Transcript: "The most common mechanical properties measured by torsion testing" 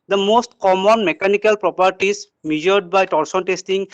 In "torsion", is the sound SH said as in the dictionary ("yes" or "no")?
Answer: no